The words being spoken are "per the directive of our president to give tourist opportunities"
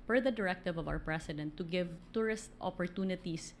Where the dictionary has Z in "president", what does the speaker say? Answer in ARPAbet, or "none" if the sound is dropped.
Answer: S